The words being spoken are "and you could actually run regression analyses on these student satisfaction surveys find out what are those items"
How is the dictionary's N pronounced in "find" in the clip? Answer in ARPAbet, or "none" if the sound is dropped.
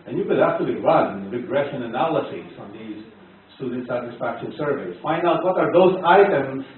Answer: N